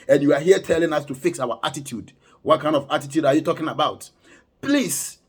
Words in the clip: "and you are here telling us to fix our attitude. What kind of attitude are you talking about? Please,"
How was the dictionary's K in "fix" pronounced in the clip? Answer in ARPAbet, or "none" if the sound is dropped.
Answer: K